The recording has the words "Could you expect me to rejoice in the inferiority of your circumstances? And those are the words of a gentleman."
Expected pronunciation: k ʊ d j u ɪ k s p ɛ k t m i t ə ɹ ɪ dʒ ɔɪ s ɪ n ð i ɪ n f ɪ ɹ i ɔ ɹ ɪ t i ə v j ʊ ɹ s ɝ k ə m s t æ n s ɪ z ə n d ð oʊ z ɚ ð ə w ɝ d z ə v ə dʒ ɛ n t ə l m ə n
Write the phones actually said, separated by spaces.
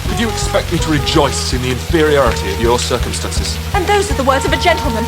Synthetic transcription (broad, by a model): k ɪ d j ɪ k s p ɛ k t m i t ə ɹ ɪ dʒ ɔɪ s ɪ n ð i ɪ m f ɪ ɹ i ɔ ɹ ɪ t i ə v j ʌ ɹ s ɝ k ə m s t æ n s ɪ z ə n ð oʊ z ɚ ð ə w ɝ d z ə v ə dʒ ɛ n t l m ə n